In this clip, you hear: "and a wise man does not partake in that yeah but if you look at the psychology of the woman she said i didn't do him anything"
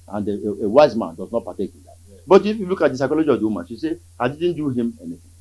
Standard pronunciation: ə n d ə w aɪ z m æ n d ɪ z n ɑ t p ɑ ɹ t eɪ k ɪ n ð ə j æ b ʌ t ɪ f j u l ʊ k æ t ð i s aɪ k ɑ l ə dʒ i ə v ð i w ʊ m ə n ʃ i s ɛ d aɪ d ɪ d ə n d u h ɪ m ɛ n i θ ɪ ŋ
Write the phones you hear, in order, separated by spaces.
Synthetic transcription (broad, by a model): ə n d ə w aɪ z m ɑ n d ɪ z n ɑ t p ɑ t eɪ k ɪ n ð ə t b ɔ t ɪ f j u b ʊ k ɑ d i s aɪ k ɑ l ə dʒ i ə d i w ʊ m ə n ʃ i s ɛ aɪ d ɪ d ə n d u h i m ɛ n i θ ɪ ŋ